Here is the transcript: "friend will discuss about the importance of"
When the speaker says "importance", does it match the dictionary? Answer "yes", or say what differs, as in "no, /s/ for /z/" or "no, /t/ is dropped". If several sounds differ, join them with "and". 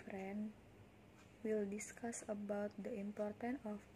no, /s/ is dropped